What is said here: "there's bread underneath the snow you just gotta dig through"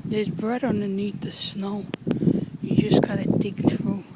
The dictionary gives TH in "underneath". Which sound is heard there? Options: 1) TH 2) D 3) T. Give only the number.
3